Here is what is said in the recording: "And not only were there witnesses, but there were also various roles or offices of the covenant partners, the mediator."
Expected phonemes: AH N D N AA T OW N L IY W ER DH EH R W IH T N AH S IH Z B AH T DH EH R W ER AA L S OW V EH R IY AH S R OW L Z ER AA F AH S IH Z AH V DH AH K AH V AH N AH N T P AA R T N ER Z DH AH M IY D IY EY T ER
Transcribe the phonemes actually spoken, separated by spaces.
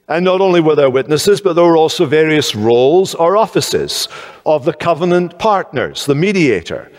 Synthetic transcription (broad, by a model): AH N N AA T OW N L IY W ER DH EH R W IH T N AH S IH Z B AH T DH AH R W ER AA L S OW V EH R IY AH S R OW L Z ER AA F AH S IH Z AH V DH AH K AH V AH N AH N P AA R T N ER Z DH AH M IY D IY EY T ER